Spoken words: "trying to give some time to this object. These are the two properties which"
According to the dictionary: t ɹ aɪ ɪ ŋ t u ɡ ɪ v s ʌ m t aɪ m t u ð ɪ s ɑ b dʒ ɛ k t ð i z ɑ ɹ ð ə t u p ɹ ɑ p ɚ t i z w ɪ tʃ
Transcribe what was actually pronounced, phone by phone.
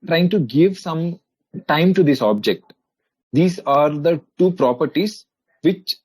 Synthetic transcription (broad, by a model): t ɹ aɪ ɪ ŋ t u ɡ ɪ v s ʌ m t aɪ m t u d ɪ s ɑ b dʒ ɛ k t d i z ɑ ɹ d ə t u p ɹ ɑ p ɚ t i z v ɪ tʃ